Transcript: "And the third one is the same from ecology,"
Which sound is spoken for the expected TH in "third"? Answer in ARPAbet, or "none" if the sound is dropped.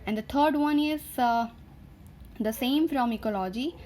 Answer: T